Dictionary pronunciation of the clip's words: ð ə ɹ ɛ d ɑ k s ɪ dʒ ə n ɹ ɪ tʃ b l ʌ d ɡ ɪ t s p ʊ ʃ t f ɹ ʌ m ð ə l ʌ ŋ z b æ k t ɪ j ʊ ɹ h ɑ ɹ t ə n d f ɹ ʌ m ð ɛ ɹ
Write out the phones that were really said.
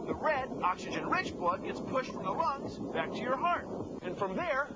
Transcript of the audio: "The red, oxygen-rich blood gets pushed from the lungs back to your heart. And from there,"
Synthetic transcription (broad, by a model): ð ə ɹ ɛ d ɑ k s ɪ dʒ ə n ɹ ɪ tʃ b l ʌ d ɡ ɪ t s p ʊ ʃ t f ɹ ʌ m ð ə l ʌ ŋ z b æ k t ɪ j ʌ ɹ h ɑ ɹ t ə n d f ɹ ʌ m ð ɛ ɹ